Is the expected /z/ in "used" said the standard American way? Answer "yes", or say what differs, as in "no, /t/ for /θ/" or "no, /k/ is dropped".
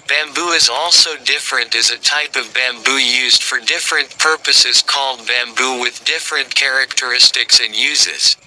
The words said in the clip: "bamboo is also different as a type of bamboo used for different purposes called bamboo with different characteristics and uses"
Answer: yes